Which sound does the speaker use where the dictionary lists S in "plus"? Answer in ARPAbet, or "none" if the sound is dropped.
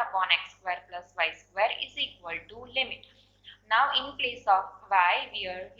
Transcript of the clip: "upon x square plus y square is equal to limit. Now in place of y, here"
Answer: S